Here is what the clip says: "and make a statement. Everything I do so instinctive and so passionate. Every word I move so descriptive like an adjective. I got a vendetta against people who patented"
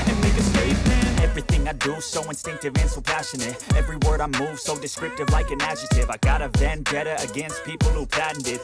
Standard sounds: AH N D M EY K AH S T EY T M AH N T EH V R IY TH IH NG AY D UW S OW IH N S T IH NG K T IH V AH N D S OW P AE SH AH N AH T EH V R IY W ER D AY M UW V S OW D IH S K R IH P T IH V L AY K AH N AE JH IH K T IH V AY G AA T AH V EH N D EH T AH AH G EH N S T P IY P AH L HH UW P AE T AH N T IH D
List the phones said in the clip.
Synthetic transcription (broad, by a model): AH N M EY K AH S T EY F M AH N EH V R IY TH IH NG AY D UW S OW IH N S T IH NG K T IH V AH N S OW P AE SH AH N AH T EH V R IY W ER D AY M UW V S OW D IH S K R IH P T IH V L AY K AH N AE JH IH T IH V AY G AA T AH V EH N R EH T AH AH G EH N S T P IY P L HH UW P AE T N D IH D